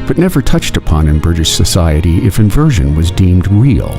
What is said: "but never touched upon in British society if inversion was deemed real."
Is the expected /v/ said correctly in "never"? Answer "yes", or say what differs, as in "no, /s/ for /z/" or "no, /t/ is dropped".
yes